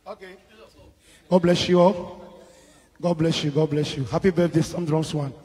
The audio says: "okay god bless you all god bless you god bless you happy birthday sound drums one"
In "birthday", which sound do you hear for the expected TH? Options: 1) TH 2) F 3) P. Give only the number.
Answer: 2